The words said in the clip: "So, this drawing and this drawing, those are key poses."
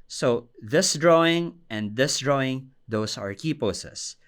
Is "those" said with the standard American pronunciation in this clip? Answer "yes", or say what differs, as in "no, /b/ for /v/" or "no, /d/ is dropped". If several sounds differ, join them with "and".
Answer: no, /s/ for /z/